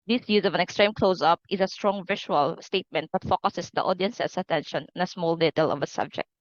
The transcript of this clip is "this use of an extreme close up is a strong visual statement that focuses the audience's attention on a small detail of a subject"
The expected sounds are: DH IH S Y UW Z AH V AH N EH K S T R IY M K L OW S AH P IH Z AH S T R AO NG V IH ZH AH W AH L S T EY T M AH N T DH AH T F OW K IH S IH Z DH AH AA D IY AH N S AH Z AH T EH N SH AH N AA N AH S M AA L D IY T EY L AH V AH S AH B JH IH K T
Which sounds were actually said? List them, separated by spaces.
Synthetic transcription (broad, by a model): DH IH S Y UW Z AH V AH N EH K S T R IY M K L OW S AH P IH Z AH S T R AO NG V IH SH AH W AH L S T EY T M AH N T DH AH T F OW K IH S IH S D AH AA D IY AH N S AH S AH T EH N SH AH N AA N AH S M AA L D IY T EY L AH V AH S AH B JH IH K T